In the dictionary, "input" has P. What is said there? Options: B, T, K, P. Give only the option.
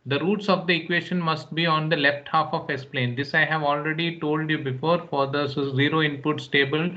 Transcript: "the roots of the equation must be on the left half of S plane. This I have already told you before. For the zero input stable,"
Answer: P